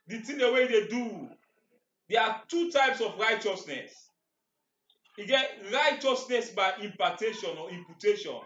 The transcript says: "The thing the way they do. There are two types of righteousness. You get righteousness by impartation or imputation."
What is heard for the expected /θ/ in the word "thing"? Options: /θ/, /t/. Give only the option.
/t/